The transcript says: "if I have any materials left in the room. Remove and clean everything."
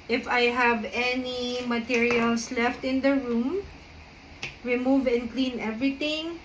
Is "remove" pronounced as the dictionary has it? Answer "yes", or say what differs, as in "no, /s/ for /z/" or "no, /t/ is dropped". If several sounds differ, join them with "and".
yes